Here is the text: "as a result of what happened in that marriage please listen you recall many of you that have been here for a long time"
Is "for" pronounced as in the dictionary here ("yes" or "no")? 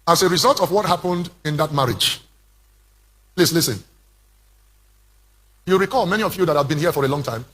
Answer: yes